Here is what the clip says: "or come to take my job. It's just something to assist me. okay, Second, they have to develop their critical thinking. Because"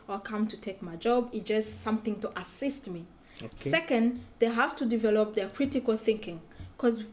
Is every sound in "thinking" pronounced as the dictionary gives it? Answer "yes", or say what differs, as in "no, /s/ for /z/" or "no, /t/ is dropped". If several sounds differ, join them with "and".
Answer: yes